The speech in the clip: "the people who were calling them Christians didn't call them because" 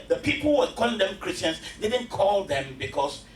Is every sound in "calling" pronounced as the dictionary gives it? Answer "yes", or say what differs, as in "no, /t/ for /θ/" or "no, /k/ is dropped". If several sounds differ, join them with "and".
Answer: yes